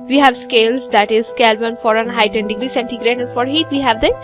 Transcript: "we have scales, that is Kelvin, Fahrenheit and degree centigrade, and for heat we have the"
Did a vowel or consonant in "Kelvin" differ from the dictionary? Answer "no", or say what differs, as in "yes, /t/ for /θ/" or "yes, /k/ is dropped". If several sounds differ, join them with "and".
yes, /b/ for /v/